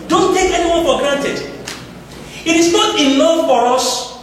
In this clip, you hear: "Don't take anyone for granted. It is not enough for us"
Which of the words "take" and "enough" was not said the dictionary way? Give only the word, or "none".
enough